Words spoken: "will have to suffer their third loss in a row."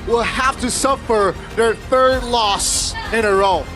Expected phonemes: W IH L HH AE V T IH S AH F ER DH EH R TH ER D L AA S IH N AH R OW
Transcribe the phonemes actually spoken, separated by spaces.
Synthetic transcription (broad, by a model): W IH L HH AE F T IH S AH F ER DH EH R TH ER D L AA S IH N AH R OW